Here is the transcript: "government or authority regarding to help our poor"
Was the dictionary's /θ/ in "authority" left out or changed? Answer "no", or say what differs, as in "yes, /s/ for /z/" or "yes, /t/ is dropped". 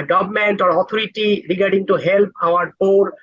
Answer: yes, /t/ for /θ/